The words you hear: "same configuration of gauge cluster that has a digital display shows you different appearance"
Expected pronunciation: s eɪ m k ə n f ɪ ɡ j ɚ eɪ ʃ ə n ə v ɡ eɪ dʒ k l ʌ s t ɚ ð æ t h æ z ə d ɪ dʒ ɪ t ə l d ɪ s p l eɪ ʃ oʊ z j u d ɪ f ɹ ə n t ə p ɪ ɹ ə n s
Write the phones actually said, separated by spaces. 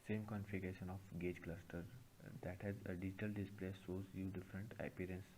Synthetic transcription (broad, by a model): s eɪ m k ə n f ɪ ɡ eɪ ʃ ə n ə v ɡ eɪ dʒ k l ʌ s t ɚ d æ t h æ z ə d ɪ dʒ ɪ t ə l d ɪ s p l eɪ s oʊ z j u d ɪ f ɹ ə n t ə p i ɹ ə n s